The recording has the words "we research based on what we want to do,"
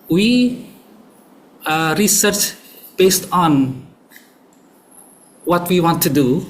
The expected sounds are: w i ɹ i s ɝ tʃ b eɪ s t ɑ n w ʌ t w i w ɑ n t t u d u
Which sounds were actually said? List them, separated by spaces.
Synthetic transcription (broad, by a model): w i ɹ i s ɝ tʃ b eɪ s t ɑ n w ʌ t w i w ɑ n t t u d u